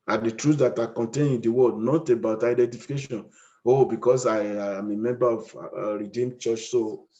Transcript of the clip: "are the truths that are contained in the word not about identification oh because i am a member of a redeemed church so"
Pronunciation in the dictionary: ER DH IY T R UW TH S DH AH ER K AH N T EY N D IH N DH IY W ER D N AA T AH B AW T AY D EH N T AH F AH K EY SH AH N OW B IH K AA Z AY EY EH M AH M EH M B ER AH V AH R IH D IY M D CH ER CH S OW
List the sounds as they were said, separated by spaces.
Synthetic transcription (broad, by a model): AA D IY T R UW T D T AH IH K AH N T EY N IH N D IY W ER D N AA T AH B AW T AY D EH N T AH F AH K EY SH AH N OW B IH K AA S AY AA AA M AH M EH M B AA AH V R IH D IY M CH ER CH S OW